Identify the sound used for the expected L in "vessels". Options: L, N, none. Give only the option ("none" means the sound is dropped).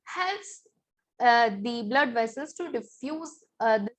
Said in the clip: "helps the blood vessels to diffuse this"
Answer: none